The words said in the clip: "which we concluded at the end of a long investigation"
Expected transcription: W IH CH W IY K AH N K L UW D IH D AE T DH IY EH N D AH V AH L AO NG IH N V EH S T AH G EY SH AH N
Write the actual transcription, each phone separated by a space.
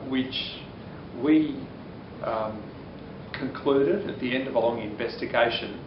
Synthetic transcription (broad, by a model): W IH CH W IY K AH N K L UW D IH D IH T DH IY EH N D AH V AH L AO NG IH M V EH S T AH G EY SH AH N